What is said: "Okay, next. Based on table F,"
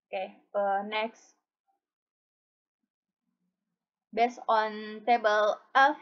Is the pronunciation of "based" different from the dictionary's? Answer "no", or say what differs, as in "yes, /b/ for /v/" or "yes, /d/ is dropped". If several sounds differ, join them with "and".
yes, /t/ is dropped